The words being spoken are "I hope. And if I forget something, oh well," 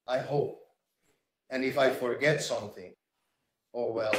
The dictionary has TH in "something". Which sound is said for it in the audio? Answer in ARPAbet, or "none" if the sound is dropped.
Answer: TH